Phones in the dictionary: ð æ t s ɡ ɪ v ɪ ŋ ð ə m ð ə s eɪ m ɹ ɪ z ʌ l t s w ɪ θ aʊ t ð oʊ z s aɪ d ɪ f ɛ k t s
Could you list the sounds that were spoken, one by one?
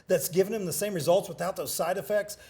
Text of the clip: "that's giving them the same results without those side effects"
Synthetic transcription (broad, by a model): ð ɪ t s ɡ ɪ v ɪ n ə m ð ə s eɪ m ɹ ɪ z ʌ l t s w ɪ θ aʊ t ð oʊ z s aɪ d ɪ f ɛ k t s